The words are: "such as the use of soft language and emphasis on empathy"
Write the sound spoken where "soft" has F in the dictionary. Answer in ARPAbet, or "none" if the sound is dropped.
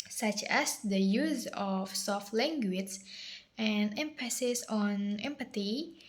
F